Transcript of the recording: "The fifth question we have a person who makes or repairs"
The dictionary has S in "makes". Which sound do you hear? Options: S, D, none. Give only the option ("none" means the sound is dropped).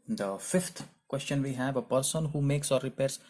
S